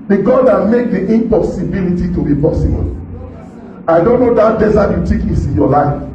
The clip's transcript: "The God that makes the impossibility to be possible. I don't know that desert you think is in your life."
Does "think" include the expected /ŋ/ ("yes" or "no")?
no